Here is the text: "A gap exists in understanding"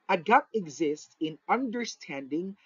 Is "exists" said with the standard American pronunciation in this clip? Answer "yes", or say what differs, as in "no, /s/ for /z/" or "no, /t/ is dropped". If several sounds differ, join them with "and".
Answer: yes